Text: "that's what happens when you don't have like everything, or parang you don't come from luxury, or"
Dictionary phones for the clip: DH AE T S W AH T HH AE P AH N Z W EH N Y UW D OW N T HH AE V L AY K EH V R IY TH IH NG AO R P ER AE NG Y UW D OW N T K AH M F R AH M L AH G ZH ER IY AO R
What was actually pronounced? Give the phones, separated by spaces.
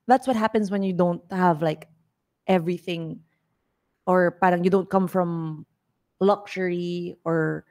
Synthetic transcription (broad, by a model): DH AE T S W AH T HH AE P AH N S W EH N Y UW D OW N T HH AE V L AY K EH V R IY TH IH NG AO R P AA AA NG Y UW D OW N T K AH M F R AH M L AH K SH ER IY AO R